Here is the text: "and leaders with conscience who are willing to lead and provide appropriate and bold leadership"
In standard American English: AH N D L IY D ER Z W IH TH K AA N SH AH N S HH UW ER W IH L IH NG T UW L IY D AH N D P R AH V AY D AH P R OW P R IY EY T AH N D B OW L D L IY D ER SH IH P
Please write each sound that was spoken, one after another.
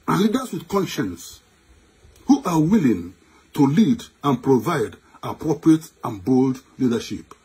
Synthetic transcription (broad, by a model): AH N L IY D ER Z W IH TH K AA N SH AH N S HH UW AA W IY L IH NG T UW L IY D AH N P R AH V AY D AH P R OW P R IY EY T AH N B OW L D L IY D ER SH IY P